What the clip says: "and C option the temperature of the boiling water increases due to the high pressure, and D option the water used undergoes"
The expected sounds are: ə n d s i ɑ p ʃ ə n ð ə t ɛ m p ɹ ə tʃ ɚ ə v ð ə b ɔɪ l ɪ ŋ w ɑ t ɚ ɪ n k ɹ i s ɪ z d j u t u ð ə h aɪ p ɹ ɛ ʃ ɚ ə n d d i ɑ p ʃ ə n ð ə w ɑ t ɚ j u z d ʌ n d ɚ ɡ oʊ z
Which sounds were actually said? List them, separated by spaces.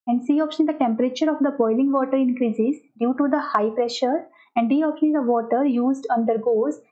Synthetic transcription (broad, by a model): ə n d s i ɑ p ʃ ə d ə t ɛ m p ɹ ə tʃ ɚ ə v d ə b ɔɪ l ɪ ŋ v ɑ t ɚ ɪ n k ɹ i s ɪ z d j u t u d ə h aɪ p ɹ ɛ ʃ ɚ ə n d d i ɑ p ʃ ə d ə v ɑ t ɚ j u z d ʌ n d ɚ ɡ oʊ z